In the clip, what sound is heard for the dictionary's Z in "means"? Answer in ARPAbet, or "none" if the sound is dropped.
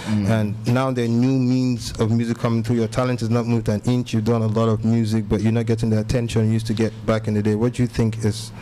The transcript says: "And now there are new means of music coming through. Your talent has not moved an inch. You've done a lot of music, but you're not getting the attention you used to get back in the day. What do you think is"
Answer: Z